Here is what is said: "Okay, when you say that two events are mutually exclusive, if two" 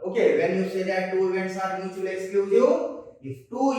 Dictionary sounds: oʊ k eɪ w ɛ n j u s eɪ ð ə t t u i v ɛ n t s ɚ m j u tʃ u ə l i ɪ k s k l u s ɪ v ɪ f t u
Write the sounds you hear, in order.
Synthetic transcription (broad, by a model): oʊ k eɪ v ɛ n j u s eɪ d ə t t u i v ɛ n t s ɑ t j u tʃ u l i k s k u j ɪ ɪ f t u